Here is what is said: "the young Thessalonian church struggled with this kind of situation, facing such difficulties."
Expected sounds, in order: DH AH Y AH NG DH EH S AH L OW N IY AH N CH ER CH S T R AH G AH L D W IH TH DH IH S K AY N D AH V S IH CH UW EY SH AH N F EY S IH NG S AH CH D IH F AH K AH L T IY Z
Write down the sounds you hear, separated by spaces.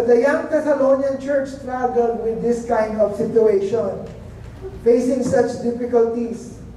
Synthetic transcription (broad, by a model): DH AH Y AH NG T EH S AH L OW N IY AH N CH ER CH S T R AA G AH L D W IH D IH S K AY N D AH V S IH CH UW EY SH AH N F EY S IH NG S AH CH D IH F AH K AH L T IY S